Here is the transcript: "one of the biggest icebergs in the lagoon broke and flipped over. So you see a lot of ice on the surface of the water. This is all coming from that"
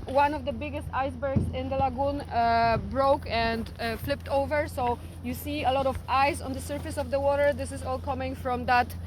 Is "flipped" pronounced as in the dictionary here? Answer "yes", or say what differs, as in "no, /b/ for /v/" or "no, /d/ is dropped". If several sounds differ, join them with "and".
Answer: yes